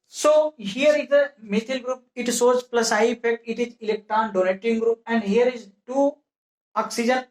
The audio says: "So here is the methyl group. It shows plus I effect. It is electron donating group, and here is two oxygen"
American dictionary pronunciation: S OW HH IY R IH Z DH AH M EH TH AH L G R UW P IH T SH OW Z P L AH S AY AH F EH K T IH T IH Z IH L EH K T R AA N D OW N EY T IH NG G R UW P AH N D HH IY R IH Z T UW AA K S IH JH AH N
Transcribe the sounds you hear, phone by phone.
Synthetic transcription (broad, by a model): S OW HH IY R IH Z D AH M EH T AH L G R UW P IH T S OW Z P L AH S AY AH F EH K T IH T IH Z IH L EH K T R AA N D OW N EY T IH NG G R UW P AH N D HH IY R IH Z T UW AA K S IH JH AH N